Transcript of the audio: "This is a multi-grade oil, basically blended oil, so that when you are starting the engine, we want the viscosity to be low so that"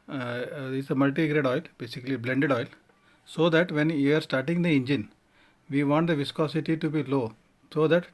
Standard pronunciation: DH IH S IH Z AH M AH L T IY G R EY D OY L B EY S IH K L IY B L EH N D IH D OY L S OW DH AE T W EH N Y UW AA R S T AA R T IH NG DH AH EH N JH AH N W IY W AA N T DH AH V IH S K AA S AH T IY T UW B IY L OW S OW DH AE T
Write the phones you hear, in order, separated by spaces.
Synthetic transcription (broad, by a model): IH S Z AH M AH L T IY G R EY D OY L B EY S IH K L IY B L EH N D IH D OY L S OW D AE T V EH N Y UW AA R S T AA R T IH NG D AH EH N JH AH N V IY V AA N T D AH V IH S K AA S AH T IY T UW B IY L OW S OW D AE T